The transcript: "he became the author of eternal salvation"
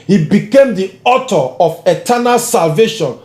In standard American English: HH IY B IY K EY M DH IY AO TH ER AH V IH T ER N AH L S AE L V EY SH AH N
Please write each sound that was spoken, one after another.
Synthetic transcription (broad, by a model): HH IY B IY K EY M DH IY AO T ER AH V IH T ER N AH L S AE L V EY SH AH N